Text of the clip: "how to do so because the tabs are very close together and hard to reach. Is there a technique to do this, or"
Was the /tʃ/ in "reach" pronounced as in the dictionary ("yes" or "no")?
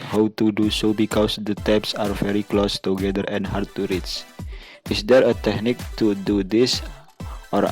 no